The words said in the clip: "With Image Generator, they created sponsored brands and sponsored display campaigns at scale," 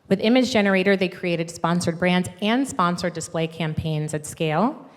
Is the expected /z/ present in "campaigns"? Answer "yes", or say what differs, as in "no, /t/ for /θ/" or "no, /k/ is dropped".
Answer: yes